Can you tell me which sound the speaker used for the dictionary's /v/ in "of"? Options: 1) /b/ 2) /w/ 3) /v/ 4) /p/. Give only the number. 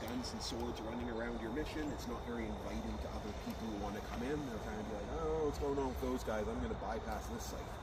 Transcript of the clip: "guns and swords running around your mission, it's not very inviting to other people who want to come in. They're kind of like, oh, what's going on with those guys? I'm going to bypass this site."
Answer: 1